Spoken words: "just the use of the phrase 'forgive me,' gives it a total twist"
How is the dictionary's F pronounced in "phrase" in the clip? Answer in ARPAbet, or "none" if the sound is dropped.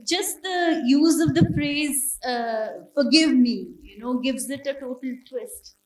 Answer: P